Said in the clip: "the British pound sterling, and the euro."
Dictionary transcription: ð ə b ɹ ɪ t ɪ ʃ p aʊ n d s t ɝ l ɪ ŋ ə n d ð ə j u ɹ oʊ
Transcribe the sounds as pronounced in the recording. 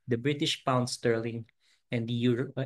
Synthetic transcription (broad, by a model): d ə b ɹ ɪ t ɪ ʃ p aʊ n d s t ɝ l ɪ ŋ ə n d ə j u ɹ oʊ